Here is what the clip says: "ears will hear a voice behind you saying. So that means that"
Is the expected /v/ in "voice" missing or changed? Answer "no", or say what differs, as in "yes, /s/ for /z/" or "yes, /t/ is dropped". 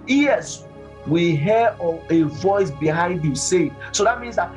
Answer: no